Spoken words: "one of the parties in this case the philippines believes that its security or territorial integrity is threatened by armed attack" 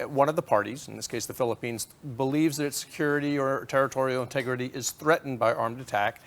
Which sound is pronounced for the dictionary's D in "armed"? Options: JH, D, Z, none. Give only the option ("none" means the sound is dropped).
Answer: D